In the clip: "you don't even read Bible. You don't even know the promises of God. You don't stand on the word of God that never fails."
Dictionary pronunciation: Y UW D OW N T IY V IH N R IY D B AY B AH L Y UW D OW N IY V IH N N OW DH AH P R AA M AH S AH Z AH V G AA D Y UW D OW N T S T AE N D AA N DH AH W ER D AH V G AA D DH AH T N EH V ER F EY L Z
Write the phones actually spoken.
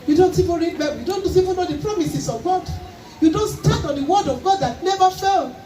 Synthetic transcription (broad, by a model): Y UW D OW N T IY V IH N R IY D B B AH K Y UW D OW N IY V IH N N OW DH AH P R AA M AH S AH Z AH V G AA D Y UW D OW N T S T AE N AA N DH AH W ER D AH V G AA D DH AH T N EH V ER F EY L